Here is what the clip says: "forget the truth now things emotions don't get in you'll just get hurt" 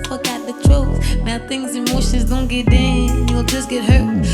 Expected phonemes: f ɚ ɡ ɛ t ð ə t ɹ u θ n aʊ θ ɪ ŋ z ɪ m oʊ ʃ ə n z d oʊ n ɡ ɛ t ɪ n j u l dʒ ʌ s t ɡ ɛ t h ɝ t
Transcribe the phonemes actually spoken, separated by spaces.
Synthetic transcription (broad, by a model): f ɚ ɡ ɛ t ð ə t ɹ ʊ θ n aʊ θ ɪ ŋ z ɪ m oʊ ʃ ə n z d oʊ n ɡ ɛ t ɪ n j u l dʒ ʌ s ɡ ɛ t h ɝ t